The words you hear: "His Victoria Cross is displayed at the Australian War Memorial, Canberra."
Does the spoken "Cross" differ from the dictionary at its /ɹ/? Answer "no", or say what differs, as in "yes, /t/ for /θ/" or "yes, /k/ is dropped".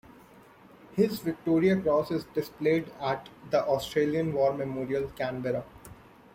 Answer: no